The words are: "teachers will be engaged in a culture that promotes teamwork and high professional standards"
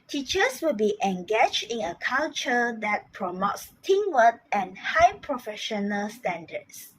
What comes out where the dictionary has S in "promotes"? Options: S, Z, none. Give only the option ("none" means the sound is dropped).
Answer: S